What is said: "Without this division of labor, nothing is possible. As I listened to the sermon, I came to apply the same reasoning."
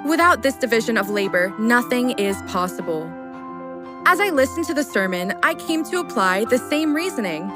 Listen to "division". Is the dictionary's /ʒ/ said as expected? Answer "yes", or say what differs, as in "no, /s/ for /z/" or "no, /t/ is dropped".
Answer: yes